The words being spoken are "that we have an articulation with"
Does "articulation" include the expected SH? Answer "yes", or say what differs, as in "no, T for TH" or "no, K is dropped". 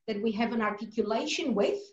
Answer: yes